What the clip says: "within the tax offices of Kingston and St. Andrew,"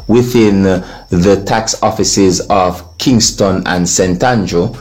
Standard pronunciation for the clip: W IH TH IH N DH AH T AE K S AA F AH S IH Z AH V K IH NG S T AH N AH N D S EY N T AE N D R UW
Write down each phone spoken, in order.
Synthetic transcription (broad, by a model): W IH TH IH N DH AH T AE K S AA F AH S IH Z AH V K IH NG S T AH N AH N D S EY N T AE N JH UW